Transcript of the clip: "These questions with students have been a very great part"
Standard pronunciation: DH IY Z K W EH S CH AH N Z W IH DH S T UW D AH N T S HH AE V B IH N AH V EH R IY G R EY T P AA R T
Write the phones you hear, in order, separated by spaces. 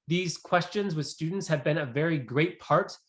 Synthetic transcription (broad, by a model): DH IY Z K W EH S CH AH N Z W IH DH S T UW D N T S HH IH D B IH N AH V EH R IY G R EY T P AA R T